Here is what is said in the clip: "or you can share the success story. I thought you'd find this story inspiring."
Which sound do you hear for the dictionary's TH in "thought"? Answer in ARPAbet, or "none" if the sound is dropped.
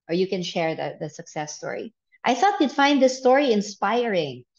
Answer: TH